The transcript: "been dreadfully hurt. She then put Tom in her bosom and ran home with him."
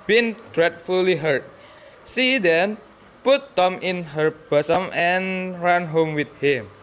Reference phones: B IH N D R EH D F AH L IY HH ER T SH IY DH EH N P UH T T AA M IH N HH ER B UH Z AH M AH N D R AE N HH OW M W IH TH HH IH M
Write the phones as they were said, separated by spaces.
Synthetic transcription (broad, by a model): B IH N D R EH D F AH L IY HH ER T S IY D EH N P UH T T AA M IH N HH ER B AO S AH M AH N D R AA N HH OW M W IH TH HH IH M